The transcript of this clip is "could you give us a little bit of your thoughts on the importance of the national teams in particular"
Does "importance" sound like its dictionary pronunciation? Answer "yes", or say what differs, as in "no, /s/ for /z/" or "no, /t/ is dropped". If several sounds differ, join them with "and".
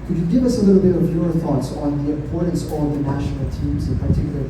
no, /m/ is dropped